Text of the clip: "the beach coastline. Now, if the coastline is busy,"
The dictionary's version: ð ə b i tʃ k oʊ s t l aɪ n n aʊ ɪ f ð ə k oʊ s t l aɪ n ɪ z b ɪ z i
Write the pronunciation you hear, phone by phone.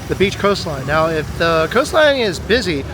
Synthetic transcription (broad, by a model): ð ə b i tʃ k oʊ s t l aɪ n n aʊ ɪ f ð ə k oʊ s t l aɪ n ɪ z b ɪ z i